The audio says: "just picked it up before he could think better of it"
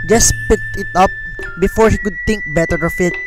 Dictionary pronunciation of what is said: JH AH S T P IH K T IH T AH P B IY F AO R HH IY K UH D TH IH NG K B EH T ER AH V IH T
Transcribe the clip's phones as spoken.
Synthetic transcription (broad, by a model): JH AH S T P IH K T IH T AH P B IY F AO R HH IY K UH D T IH NG K B EH T ER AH F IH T